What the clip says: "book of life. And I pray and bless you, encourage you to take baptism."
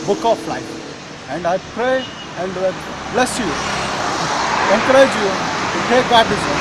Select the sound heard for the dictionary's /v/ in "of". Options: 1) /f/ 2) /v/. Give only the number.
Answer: 1